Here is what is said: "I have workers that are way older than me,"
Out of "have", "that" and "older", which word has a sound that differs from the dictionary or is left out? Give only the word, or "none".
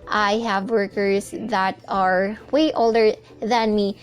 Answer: none